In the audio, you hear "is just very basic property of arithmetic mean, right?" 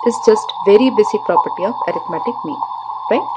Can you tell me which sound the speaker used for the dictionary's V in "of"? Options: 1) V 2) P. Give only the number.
2